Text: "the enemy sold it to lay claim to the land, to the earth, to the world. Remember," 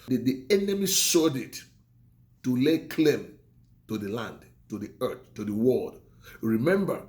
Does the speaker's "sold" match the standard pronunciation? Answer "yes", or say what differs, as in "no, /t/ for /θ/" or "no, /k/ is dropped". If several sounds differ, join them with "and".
no, /l/ is dropped